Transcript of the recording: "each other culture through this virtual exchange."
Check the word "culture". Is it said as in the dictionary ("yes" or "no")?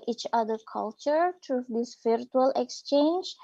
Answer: yes